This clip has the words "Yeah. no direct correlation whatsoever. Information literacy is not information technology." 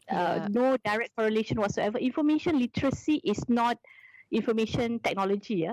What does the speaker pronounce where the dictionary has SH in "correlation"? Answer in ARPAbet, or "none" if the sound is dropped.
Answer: SH